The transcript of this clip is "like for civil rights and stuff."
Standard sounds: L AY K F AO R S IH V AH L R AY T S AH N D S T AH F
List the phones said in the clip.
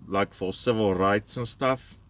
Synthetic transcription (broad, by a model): L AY K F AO L S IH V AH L R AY T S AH N S T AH F